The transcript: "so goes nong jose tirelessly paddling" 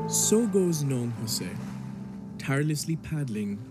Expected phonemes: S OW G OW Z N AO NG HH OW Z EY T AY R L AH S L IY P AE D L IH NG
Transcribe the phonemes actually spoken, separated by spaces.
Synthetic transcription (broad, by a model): S OW G OW Z N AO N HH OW S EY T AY R L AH S L IY P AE D L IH NG